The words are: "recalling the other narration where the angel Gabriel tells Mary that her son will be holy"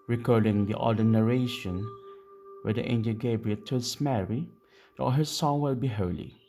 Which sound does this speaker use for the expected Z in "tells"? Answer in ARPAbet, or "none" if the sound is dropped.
S